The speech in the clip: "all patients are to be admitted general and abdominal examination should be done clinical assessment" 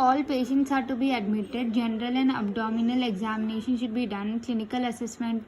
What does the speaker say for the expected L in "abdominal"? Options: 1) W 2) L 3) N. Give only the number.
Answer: 2